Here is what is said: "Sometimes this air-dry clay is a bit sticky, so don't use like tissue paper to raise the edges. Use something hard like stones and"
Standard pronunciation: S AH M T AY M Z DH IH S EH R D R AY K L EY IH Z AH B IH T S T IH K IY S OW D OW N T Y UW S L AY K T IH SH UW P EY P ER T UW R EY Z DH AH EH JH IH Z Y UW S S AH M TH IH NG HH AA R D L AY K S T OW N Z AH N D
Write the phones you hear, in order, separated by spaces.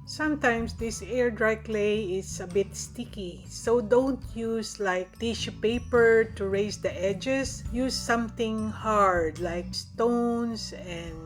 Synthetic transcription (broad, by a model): S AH M T AY M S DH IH S EH R D R AY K L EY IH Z AH B IH T S T IH K IY S OW D OW N T Y UW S L AY K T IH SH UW P EY P ER T UW R EY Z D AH EH JH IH S Y UW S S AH M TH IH NG HH AA R D L AY K S T OW N S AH N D